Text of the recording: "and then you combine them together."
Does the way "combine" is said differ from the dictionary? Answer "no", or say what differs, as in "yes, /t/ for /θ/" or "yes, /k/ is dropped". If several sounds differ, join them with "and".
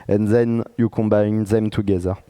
no